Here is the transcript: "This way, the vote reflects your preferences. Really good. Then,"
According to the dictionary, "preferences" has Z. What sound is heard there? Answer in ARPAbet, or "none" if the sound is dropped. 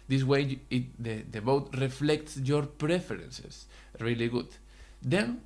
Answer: S